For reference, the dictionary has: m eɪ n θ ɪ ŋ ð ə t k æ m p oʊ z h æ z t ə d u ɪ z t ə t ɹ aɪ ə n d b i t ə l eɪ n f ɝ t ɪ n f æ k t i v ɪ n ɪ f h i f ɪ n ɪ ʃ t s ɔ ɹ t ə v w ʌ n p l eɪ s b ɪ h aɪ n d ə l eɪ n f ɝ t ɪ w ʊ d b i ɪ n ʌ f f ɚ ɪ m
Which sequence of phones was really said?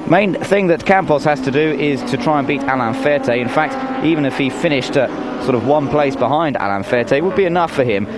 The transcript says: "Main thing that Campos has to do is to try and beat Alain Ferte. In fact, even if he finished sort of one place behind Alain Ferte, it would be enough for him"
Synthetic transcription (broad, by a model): m eɪ n θ ɪ ŋ ð ə t k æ m p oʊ s h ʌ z t ə d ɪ ɪ z t ə t ɹ aɪ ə n b i t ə l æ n f ɝ t ɪ n f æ k t i v ɪ n ɪ f h i f ɪ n ɪ ʃ t s ɔ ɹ t ə v w ʌ n p l eɪ s b ɪ h aɪ n d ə l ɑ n f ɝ t ɪ w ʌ d b i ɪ n ʌ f f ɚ ɪ m